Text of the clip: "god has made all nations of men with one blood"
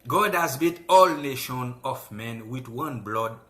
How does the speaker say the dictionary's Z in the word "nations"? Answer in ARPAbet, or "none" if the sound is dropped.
none